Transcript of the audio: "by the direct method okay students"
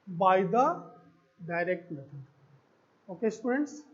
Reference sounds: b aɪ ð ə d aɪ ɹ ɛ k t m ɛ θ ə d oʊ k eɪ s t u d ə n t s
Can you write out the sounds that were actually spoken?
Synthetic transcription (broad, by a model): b aɪ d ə d aɪ ɹ ɛ k t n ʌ t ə oʊ k eɪ s t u d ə n t s